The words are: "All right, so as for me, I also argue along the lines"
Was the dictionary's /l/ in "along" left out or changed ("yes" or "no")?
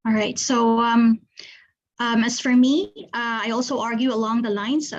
no